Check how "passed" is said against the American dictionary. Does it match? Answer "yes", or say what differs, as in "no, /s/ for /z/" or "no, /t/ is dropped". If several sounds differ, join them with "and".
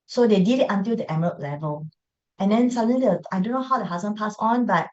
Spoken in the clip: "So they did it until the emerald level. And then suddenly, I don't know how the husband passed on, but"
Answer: no, /t/ is dropped